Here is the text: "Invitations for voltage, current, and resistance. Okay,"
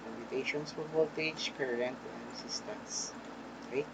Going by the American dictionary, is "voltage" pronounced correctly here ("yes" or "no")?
no